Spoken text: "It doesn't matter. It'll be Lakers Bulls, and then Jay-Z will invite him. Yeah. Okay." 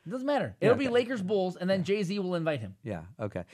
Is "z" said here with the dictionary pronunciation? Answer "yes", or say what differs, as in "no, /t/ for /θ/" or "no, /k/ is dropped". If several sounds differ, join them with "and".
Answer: yes